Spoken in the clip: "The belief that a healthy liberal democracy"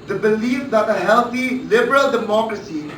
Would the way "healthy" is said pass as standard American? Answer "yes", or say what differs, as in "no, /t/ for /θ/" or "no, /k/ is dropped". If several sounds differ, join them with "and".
no, /t/ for /θ/